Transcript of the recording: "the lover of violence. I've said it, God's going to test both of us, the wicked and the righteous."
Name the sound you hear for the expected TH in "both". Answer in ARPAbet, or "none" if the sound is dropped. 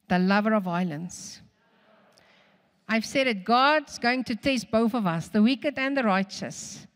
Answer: TH